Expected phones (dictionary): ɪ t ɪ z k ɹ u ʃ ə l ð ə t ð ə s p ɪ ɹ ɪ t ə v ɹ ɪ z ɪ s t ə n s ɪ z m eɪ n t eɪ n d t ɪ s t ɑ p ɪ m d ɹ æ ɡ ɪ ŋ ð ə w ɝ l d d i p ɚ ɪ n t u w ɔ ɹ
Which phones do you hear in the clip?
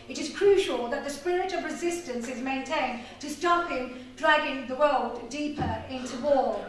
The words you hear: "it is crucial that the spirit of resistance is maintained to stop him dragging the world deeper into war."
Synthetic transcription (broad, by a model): ɪ t ɪ z k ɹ u ʃ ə l ð ə t ð ə s p ɪ ɹ ɪ t ə v ɹ ɪ z ɪ s t ə n s ɪ z m eɪ n t eɪ n t ɪ s t ɑ p ɪ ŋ d ɹ æ ɡ ɪ ŋ ð ə w ɝ l d d i p ɚ ɪ n t u w ɔ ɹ